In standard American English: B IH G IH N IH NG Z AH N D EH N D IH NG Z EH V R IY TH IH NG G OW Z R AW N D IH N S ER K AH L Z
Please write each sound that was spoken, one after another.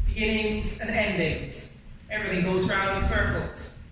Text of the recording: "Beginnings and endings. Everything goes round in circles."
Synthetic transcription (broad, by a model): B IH G IH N IH NG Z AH N EH N D IH NG Z EH V R IY TH IH NG G OW Z R AW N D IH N S ER K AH L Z